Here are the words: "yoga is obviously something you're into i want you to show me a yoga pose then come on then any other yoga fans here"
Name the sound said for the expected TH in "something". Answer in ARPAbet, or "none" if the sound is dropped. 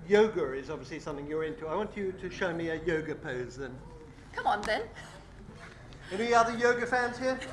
TH